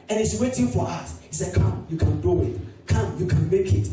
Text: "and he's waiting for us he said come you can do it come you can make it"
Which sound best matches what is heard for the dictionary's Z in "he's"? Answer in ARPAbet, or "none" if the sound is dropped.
S